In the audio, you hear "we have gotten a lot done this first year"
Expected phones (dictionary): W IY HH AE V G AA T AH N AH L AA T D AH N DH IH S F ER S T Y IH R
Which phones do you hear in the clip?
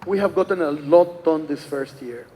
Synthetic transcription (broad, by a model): W IY HH AE V G AA T AH N AH L AA T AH N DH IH S F ER S T Y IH R